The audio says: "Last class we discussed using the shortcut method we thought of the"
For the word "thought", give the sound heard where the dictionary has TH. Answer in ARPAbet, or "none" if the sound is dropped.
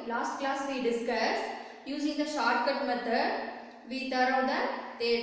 T